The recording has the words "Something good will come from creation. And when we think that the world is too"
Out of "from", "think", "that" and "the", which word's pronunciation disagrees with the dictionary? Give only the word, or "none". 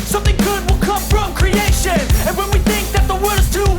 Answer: none